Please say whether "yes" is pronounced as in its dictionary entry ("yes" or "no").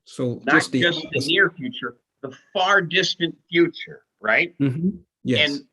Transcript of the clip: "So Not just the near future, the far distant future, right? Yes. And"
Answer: no